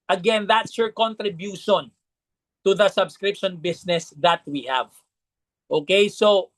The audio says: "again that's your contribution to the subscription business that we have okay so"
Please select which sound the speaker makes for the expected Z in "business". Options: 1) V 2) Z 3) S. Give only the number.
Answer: 3